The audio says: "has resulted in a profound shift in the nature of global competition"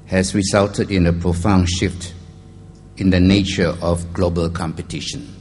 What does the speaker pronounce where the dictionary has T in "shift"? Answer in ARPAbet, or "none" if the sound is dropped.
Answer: T